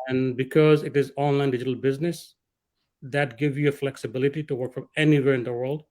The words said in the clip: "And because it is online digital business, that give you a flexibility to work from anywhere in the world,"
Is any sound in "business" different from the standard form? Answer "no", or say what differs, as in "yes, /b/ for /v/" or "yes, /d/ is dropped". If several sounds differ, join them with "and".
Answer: no